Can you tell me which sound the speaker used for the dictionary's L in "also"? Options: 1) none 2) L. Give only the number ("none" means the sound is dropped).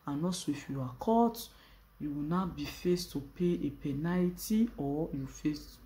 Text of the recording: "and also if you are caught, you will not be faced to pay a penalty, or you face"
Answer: 1